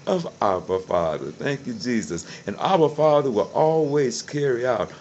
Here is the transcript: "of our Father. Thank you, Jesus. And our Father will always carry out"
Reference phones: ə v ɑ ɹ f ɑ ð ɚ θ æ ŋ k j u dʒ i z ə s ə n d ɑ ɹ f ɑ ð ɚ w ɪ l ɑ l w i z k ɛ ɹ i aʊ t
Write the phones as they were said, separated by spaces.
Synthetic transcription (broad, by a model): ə v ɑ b f ɑ ð ɚ θ æ ŋ k j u dʒ i z ə s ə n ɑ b f ɑ ð ɚ w ɪ l ɑ l w i z k ɛ ɹ i aʊ t